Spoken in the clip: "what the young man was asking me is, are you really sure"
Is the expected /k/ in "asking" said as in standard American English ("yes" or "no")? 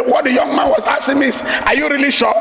no